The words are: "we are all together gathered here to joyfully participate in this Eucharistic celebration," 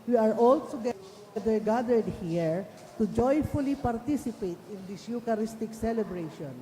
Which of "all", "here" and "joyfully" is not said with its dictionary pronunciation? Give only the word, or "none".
none